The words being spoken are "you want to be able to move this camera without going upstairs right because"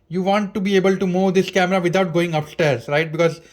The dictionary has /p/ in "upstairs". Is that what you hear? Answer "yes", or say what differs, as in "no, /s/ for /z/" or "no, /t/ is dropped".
yes